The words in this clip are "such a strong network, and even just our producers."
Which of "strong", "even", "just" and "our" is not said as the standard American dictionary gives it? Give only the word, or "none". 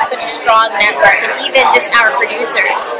none